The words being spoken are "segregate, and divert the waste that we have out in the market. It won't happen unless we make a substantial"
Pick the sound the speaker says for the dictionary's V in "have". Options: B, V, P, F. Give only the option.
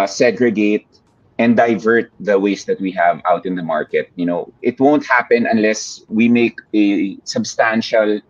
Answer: V